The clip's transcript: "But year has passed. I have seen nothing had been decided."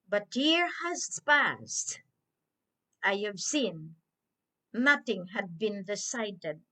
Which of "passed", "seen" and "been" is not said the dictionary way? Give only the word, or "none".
none